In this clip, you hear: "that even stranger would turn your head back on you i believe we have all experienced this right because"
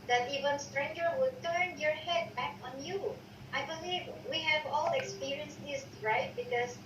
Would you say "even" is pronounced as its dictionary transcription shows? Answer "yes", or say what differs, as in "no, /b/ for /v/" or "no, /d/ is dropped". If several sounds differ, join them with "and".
yes